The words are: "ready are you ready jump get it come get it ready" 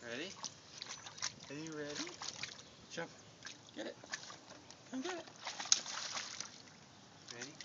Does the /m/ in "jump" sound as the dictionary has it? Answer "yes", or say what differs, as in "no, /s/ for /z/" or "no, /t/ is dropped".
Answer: no, /m/ is dropped